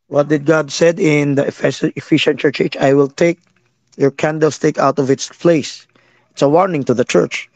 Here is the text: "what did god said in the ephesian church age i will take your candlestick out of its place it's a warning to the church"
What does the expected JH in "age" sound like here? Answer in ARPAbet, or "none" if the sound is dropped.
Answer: CH